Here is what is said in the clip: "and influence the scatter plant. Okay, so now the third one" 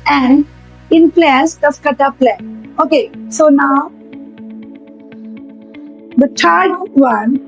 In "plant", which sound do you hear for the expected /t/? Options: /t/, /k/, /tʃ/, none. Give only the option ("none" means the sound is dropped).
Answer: none